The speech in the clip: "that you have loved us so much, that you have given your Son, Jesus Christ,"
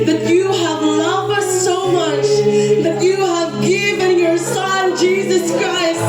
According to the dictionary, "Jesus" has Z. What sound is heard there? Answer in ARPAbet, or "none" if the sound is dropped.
Z